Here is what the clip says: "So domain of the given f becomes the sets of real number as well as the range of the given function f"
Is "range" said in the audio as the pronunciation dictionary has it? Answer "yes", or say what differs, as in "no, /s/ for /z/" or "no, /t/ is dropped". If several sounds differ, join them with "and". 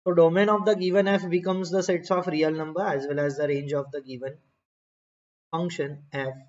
yes